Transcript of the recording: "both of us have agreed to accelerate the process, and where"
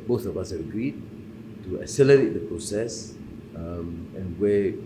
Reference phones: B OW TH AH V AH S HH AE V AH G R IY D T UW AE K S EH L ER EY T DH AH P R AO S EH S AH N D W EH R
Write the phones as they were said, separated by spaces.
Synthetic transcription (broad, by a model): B OW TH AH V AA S HH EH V AH G R IY D T UW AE S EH L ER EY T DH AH P R AO S EH S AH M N W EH